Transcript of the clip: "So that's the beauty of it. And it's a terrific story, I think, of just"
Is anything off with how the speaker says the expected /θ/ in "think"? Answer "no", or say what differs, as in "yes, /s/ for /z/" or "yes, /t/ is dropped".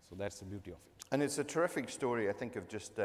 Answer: no